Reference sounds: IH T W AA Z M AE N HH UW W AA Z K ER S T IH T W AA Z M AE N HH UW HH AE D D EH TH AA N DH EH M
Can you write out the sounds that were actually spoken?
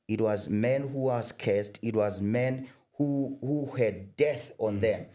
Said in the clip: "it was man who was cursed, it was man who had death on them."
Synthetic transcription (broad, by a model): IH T W AA Z M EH N HH UW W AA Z K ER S T IH T W AA Z M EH N HH UW HH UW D D EH TH AA N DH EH M